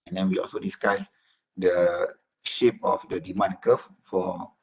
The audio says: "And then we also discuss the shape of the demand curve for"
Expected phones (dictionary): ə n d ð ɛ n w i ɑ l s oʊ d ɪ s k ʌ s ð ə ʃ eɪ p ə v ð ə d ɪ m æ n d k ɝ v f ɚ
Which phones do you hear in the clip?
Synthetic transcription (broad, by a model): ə n d ɛ n w i ɑ l s oʊ d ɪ s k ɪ s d ə ʃ eɪ p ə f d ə d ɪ m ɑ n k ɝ f f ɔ